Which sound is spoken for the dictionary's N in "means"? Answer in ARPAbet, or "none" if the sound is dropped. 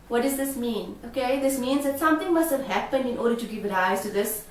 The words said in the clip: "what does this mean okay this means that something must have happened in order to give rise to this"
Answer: N